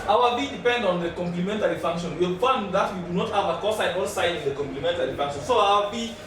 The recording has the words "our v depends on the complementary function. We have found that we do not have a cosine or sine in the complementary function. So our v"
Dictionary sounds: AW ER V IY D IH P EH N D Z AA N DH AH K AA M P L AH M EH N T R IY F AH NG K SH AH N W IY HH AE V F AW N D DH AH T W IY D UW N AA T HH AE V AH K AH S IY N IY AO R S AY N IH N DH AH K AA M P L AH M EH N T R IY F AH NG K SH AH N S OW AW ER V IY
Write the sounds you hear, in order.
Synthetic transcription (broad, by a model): AW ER B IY D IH P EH N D AA N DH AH K AA M P L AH M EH N T R IY F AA NG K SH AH N W IY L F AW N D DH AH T W IY D UW N AA T HH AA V AH K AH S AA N AO L S AY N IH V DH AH K AA M P L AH M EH N T R IY F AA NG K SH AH N S OW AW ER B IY